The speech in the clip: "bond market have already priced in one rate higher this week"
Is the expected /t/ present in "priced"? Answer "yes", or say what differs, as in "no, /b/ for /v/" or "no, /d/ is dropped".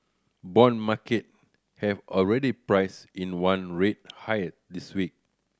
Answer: no, /t/ is dropped